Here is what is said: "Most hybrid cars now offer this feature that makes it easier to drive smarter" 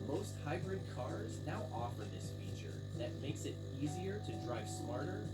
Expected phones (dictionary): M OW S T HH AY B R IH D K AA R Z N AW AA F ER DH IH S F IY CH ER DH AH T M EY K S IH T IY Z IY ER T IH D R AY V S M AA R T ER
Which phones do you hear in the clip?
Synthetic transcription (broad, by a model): M OW S T HH AY B R IH D K AA R Z N AW AA F ER DH IH S F IY CH ER DH AH T M EY K S IH T IY Z IY ER T IH D R AY V S M AA R T ER